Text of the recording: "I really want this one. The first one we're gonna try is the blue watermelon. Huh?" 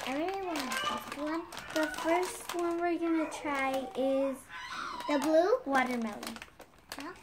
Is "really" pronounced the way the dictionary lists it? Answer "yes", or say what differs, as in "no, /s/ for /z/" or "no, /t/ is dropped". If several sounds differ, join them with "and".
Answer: no, /l/ is dropped